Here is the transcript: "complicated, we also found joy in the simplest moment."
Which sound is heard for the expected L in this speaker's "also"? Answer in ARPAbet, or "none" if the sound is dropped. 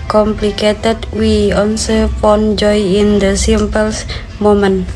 N